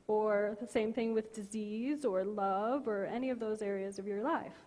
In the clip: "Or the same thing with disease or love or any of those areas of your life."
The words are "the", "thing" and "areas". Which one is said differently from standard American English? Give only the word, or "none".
none